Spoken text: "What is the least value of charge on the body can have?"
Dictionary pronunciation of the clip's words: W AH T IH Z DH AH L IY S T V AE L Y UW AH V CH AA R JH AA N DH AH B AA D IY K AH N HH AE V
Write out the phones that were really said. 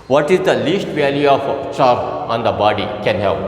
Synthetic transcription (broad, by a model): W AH T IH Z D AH L IY S T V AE L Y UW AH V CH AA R AA N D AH B AA D IY K AH N HH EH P